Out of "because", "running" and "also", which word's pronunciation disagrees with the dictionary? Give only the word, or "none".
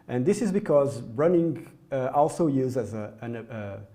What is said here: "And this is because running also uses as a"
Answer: none